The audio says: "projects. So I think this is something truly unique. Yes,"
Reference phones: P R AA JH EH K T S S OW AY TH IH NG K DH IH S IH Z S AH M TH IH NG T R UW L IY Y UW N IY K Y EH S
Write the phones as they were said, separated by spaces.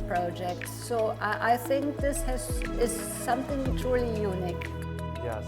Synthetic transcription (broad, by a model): P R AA JH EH K T S S OW AY TH IH NG K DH IH S IH Z S AH M TH IH NG T R UW L IY Y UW N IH K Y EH